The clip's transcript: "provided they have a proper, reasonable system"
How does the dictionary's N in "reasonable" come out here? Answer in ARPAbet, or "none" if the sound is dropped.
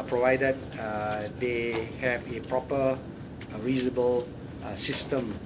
none